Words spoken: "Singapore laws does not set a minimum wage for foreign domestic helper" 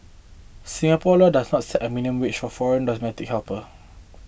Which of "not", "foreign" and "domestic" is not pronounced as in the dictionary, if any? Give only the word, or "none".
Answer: domestic